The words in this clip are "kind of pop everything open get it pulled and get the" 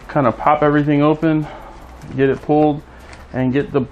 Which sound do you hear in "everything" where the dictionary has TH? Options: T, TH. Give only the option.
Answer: TH